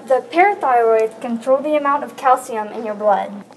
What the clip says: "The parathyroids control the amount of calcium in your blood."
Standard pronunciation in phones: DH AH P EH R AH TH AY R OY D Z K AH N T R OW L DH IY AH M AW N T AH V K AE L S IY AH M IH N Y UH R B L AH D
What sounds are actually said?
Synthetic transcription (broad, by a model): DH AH P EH R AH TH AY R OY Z K AH N T R OW L DH IY AH M AW N T AH V K AE L S IY AH M IH N Y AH R B L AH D